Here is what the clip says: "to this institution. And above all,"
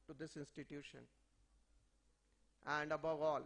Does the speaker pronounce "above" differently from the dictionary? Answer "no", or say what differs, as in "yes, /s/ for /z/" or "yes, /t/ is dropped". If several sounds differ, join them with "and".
no